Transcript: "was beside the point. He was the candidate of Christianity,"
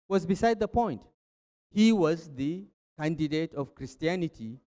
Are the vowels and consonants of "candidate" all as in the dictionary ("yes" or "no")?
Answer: yes